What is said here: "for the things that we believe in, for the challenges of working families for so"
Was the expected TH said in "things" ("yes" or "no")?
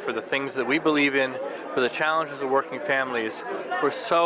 yes